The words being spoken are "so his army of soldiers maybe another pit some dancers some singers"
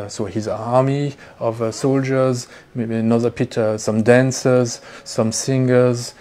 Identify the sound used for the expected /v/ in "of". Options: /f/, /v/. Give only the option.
/v/